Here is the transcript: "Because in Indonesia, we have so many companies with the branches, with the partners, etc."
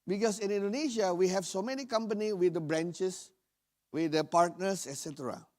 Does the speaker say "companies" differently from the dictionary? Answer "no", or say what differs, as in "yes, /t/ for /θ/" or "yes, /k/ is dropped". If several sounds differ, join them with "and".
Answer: yes, /z/ is dropped